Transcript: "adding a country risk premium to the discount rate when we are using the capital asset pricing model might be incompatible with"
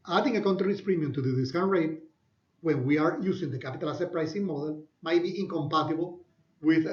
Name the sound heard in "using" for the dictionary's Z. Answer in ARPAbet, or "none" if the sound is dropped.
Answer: S